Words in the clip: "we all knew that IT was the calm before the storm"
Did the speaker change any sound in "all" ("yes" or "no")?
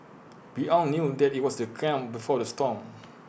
yes